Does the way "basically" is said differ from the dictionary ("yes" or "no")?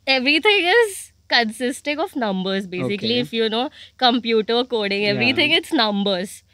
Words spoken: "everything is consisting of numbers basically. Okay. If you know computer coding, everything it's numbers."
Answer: yes